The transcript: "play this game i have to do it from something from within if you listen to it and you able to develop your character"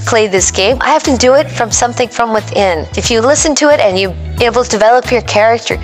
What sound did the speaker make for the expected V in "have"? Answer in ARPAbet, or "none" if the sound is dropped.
F